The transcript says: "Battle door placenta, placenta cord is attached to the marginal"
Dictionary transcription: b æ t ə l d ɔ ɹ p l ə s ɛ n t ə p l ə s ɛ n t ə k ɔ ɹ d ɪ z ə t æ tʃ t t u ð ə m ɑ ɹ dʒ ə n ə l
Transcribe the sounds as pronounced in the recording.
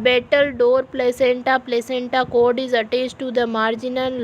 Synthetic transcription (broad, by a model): b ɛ t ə l d ɔ ɹ p l ə s ɛ n t ə p l ə s ɛ n t ə k ɔ ɹ d ɪ z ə t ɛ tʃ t t u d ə m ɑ ɹ dʒ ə n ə l